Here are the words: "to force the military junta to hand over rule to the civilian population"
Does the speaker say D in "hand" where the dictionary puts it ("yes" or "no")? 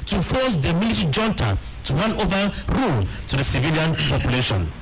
no